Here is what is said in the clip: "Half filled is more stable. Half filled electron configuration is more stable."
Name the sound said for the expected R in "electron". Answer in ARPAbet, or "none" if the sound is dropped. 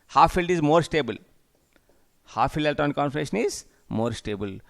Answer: none